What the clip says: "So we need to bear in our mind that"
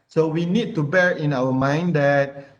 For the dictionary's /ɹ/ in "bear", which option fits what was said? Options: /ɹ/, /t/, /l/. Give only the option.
/ɹ/